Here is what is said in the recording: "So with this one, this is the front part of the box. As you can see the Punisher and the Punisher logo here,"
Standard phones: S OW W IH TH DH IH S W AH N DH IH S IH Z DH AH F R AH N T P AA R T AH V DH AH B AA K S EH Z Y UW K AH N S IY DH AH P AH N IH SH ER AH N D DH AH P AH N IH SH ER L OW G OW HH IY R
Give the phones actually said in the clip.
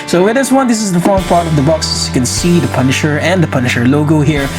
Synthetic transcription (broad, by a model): S OW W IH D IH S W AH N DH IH S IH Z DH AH F AO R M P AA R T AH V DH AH B AA K S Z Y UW K AH N S IY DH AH P AH N IH SH ER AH N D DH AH P AH N IH SH ER L OW G OW HH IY R